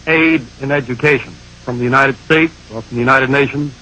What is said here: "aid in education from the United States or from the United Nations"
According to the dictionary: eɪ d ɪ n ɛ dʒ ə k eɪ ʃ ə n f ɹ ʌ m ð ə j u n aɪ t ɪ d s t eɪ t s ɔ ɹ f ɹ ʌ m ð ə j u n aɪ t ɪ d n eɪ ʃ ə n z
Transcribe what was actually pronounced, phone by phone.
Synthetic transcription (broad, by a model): eɪ d ɪ n ɛ dʒ ə k eɪ ʃ ə n f ɹ ʌ m ð ə j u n aɪ t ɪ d s t eɪ t s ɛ l f ɹ ʌ m ð ə j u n aɪ t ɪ d n eɪ ʃ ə n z